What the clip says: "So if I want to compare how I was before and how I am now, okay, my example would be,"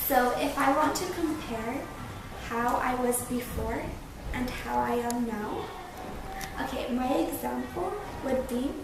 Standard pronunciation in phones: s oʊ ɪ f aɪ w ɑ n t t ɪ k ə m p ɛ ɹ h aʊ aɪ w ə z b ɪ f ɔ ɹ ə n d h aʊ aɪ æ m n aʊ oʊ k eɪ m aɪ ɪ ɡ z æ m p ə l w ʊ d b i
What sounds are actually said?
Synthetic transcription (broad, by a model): s oʊ ɪ f aɪ w ɑ n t t ɪ k ə m p ɛ ɹ h aʊ aɪ w ə z b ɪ f ɔ ɹ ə n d h aʊ aɪ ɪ m n aʊ oʊ k eɪ m aɪ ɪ ɡ z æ m p l w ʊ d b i